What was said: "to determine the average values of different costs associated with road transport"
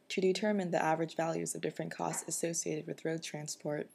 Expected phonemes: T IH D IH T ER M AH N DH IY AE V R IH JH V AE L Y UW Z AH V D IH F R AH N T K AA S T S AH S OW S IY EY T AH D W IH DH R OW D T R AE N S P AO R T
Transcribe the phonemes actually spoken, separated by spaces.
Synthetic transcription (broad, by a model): T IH D IH T ER M AH N DH IY AE V R IH JH V AE L Y UW Z AH V D IH F R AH N K AA S T S AH S OW S IY EY T AH D W IH DH R OW D T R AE N S P AO R T